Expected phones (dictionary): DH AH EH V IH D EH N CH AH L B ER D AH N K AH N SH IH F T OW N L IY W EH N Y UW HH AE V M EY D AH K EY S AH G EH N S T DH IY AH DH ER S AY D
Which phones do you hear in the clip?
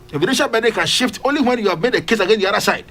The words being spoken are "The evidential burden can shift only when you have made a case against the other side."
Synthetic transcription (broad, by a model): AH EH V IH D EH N SH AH L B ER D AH K AH N SH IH F T OW N L IY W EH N Y UW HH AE V M EY D AH K EY S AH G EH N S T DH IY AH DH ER S AY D